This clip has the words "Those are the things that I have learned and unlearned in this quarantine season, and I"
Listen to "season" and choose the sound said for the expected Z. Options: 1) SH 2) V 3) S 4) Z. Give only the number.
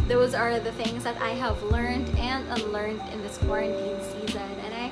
4